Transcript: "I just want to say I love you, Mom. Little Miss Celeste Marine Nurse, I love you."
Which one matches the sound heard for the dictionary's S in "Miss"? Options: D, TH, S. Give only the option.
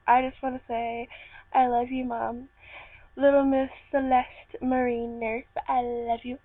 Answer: TH